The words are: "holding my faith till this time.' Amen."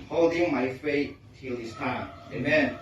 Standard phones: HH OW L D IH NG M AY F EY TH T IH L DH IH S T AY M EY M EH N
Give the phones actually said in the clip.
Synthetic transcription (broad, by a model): HH OW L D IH NG M AY F EY T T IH L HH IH S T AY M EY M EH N